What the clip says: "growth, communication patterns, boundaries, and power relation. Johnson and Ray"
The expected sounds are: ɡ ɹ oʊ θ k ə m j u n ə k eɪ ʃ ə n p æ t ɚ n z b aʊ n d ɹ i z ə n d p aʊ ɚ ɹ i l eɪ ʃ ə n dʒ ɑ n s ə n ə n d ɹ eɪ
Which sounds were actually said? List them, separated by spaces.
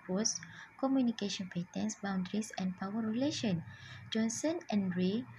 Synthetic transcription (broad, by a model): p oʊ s k ə m j u n ə k eɪ ʃ ə n p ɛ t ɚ n s b aʊ n d ɹ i s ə n p aʊ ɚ ɹ i l eɪ ʃ ə n dʒ ɑ n s ə n ə n d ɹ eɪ